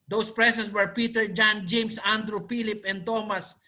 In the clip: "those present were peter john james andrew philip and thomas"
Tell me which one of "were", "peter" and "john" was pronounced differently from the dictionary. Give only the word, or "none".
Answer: none